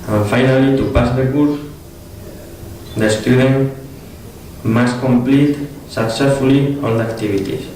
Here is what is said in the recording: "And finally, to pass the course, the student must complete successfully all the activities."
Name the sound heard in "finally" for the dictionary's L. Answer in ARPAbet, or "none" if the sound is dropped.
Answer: L